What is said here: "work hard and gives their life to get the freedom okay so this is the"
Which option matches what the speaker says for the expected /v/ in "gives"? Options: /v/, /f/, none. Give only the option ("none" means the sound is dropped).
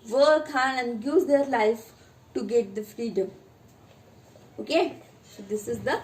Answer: none